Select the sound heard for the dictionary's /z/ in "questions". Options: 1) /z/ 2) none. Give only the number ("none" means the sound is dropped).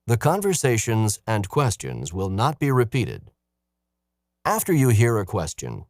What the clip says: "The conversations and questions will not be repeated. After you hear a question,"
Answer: 1